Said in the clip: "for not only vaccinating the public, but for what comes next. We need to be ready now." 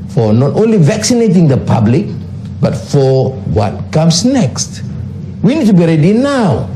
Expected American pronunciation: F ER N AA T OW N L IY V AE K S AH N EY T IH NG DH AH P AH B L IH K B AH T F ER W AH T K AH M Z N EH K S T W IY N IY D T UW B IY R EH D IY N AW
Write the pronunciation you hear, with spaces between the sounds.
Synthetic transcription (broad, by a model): F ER N AA T OW N L IY V AE K S AH N EY T IH NG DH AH P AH B L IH K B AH T F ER W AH T K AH M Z N EH K S T W IY N IY D T UW B IY R EH D IY N AW